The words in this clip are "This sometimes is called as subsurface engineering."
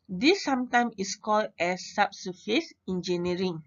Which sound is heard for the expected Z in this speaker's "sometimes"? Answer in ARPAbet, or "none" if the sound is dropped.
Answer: none